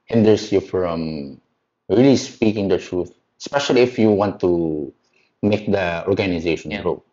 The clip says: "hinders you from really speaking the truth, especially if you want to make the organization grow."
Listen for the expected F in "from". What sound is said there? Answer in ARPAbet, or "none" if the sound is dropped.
F